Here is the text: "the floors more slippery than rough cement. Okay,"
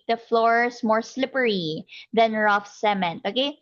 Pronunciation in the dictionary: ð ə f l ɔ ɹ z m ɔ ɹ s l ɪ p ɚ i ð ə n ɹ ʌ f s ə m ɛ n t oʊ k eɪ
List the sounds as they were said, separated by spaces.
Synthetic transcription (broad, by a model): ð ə f l ɔ ɹ s m ɔ ɹ s l ɪ p ɚ i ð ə n ɹ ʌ f s ə m ɛ n t oʊ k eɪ